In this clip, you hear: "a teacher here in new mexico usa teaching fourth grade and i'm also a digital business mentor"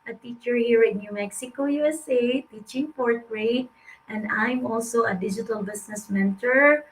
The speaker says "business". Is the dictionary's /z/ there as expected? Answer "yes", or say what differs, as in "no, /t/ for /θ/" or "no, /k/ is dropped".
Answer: no, /s/ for /z/